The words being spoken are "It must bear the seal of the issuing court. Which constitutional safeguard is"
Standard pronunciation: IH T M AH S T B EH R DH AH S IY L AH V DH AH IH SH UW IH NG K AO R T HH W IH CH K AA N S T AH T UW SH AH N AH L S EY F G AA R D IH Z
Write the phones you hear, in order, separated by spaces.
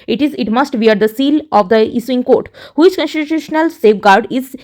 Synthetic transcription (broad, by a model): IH T M AH S T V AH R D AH S IY L AH V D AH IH S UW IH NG K AO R T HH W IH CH K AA N S T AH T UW SH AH N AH L S EY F G AA R D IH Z